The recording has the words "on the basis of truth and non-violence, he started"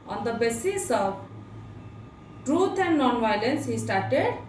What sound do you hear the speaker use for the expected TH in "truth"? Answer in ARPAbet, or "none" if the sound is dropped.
T